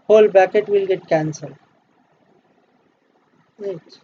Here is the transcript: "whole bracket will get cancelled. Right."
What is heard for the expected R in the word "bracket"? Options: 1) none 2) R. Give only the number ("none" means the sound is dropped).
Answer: 1